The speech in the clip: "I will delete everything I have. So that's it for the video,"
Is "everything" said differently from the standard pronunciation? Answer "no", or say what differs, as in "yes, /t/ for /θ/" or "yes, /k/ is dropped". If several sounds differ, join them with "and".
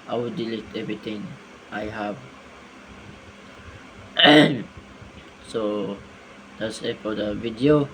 yes, /t/ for /θ/